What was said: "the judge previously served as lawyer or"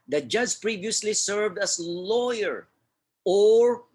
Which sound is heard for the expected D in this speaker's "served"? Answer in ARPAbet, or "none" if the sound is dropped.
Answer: D